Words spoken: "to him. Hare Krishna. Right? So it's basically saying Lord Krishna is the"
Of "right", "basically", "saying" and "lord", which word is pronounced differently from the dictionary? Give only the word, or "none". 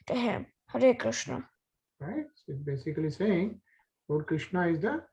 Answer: lord